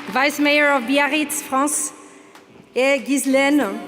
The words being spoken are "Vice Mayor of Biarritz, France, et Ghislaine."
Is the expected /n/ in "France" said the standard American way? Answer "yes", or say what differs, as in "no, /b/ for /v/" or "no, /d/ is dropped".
no, /n/ is dropped